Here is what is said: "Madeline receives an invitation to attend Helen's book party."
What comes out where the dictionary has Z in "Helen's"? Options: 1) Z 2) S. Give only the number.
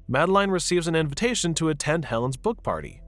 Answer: 1